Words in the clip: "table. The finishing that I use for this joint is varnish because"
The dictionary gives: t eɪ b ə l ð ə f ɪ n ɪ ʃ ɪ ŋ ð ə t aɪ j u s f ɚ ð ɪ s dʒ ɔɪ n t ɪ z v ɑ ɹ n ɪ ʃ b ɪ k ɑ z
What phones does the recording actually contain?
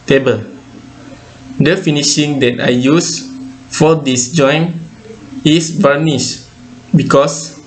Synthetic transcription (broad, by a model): t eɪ b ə l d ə f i n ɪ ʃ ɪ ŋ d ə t aɪ j u s f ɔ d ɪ s dʒ ɔɪ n ɪ s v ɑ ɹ n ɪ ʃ b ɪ k ɑ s